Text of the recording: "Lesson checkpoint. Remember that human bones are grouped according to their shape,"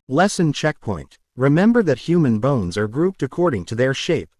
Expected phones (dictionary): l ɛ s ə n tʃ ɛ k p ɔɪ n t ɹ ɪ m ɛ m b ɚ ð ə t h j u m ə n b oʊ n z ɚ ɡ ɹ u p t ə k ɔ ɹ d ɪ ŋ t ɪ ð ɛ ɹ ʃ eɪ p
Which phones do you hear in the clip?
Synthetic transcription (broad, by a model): l ɛ s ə n tʃ ɛ k p ɔɪ n t ɹ ɪ m ɛ m b ɚ ð ə t h j u m ə n b oʊ n z ɚ ɡ ɹ u p t ə k ɔ ɹ d ɪ ŋ t ɪ ð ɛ ɹ ʃ eɪ p